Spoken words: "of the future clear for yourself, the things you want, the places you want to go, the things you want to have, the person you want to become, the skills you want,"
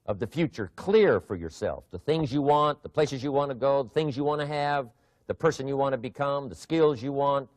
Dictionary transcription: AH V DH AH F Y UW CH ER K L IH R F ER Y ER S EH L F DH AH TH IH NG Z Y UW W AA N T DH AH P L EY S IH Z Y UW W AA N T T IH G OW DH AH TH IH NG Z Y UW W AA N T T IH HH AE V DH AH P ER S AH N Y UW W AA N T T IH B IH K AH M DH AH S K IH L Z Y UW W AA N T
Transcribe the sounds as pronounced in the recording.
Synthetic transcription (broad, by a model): AH V DH AH F Y UW CH ER K L IH R F ER Y ER S EH L F DH AH TH IH NG Z Y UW W AA N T DH AH P L EY S IH Z Y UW W AA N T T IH G OW DH AH TH IH NG Z Y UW W AA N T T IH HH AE V DH AH P ER S AH N Y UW W AA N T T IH B IH K AH M DH AH S K IH L Z Y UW W AA N T